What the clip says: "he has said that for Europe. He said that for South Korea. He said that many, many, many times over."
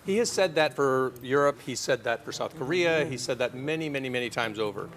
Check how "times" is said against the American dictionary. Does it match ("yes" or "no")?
yes